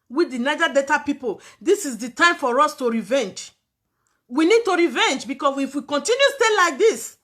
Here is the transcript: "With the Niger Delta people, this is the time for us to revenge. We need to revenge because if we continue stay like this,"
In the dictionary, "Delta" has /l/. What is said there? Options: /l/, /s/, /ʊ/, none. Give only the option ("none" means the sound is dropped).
none